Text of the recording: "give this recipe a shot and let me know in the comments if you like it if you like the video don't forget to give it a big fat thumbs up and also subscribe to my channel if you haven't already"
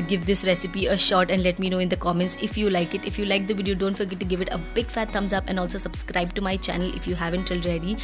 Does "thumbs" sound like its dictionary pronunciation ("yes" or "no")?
no